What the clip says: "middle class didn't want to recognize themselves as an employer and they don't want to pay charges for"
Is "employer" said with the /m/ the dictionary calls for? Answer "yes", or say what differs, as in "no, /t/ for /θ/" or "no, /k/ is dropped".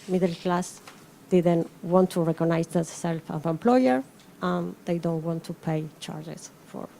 yes